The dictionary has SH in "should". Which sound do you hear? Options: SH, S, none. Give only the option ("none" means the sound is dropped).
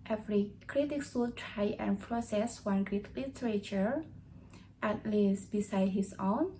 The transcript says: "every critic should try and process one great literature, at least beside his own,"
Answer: S